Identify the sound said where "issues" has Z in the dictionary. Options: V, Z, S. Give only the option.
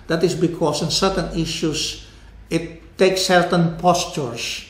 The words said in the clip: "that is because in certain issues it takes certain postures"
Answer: S